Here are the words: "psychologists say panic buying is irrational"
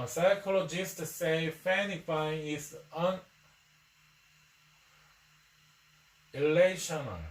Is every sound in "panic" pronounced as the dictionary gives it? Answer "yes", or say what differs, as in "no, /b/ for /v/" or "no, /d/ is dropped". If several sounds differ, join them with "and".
no, /f/ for /p/